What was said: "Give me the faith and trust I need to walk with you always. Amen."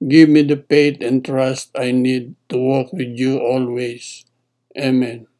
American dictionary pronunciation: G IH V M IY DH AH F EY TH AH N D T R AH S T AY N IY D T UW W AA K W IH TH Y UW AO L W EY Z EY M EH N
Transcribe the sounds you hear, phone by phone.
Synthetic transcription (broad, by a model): G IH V M IY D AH P EY T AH N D T R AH S T AY N IY D T UW W AA K W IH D Y UW AO L W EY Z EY M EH N